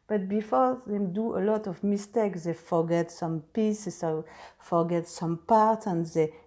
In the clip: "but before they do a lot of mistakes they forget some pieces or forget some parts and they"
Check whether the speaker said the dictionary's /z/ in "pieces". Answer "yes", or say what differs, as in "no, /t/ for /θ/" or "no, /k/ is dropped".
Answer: no, /s/ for /z/